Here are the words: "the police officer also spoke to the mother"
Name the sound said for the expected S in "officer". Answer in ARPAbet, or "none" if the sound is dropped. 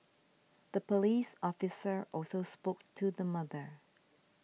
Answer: S